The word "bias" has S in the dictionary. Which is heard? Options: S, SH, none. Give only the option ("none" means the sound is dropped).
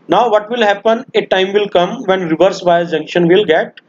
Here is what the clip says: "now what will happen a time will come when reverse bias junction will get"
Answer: none